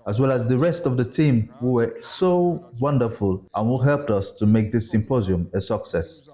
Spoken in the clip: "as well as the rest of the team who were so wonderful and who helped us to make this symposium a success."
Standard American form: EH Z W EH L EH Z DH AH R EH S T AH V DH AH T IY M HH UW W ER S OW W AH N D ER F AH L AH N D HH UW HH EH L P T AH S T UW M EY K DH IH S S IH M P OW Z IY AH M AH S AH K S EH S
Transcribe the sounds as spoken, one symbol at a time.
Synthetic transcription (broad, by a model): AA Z W EH L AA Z DH AH R EH S T AH V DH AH T IY M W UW W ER S OW W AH N D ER F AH L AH N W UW HH EH L P T AH S T UW M EY K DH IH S S IH M P OW Z IY AH M AH S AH K S EH S